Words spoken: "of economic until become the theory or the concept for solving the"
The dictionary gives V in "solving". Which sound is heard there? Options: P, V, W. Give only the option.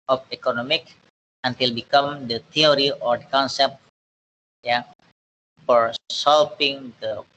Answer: P